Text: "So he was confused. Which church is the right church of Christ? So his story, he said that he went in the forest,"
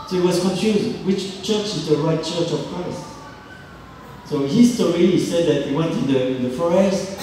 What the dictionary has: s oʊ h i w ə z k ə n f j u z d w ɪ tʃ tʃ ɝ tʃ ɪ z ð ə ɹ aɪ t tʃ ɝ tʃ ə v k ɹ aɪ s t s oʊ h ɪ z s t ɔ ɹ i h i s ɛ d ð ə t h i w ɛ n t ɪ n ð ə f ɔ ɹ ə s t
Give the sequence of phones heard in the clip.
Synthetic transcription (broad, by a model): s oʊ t w ə z k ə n f j u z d w ɪ tʃ tʃ ɝ tʃ ɪ z ð ə ɹ aɪ t tʃ ɝ tʃ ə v k ɹ aɪ s t s oʊ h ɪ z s t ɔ ɹ i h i s ɛ d ð ə t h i w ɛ n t ɪ n ð ə f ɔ ɹ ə s t